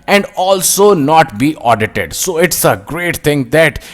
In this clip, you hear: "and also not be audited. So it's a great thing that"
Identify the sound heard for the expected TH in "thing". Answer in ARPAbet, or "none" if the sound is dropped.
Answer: T